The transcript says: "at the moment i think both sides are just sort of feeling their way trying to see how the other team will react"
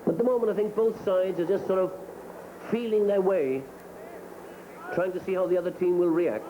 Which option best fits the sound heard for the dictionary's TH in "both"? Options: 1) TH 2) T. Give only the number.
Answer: 1